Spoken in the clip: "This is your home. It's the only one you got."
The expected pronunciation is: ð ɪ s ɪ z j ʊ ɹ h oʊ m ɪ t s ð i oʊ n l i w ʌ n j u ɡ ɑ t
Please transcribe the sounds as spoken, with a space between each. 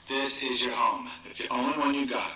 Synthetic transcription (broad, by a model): ð ɪ s ɪ z j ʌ ɹ h oʊ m ɪ t s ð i oʊ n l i w ʌ n j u ɡ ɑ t